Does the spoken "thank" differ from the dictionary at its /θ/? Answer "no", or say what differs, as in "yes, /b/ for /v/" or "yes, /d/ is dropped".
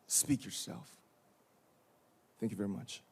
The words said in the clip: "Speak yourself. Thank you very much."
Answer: no